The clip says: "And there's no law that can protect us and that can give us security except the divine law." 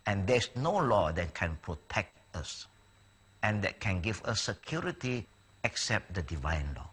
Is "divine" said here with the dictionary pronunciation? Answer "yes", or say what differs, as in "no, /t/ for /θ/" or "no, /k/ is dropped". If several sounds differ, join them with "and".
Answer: yes